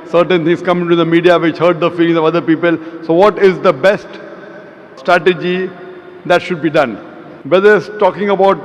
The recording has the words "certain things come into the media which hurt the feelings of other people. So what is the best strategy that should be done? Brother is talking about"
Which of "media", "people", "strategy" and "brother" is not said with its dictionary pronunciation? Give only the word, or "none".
brother